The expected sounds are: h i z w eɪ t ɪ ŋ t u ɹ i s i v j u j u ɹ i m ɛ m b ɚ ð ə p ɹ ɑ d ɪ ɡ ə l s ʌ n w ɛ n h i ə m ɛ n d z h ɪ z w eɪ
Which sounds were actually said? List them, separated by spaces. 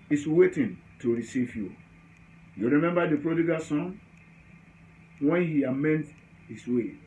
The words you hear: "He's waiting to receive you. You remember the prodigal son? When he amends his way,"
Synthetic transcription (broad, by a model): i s w eɪ t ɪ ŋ t u ɹ i s i v j u j u ɹ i m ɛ m b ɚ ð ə p ɹ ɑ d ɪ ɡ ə s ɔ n w ɛ n h i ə m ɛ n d h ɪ s w eɪ